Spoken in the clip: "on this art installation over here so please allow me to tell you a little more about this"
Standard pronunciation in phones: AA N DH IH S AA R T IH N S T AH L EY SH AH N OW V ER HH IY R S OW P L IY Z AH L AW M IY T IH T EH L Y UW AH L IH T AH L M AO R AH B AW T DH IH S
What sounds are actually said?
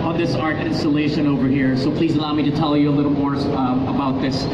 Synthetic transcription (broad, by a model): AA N DH IH S AA R T IH N S T AH L EY SH AH N OW V ER HH IY R S OW P L IY Z AH L AW M IY T IH T EH L Y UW AH L IH T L M AO R AH B AW T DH IH S